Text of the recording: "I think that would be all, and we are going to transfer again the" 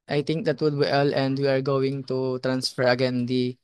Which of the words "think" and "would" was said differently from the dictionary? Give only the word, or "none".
think